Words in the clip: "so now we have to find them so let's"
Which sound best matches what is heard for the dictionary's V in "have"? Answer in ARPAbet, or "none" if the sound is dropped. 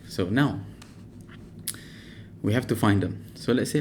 F